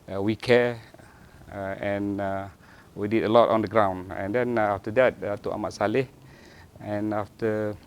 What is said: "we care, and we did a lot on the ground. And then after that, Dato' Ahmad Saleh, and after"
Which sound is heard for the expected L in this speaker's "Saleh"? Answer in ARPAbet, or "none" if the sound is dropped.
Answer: L